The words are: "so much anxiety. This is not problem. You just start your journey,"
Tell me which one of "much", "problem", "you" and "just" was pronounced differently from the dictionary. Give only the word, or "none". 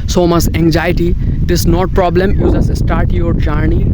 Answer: just